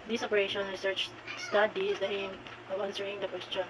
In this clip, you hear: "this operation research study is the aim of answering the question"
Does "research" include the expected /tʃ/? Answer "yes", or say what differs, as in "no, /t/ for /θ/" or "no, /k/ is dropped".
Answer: yes